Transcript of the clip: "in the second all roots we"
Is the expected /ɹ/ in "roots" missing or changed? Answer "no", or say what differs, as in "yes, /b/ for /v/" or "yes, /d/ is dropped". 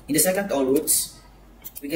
yes, /w/ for /ɹ/